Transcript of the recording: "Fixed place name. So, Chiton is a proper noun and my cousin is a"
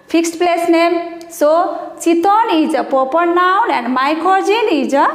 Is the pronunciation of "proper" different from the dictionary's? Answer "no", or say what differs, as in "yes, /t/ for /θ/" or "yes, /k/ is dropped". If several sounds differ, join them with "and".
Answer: yes, /ɹ/ is dropped